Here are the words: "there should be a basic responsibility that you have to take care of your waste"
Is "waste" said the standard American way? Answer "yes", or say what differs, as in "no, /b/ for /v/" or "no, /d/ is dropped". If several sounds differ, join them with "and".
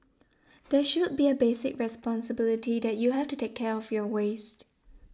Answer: yes